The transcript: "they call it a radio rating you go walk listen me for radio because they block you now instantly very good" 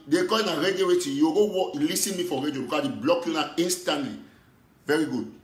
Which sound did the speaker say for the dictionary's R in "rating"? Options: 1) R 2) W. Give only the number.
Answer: 2